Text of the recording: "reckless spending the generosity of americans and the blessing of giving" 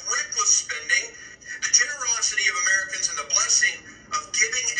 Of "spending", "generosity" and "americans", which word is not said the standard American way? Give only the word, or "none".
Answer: none